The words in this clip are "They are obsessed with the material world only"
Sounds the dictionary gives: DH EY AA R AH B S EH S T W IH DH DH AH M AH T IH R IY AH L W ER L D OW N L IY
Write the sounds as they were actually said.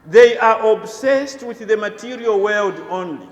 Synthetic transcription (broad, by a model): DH EY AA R AH B S EH S T W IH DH DH AH M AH T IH R IY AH L W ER L D OW N L IY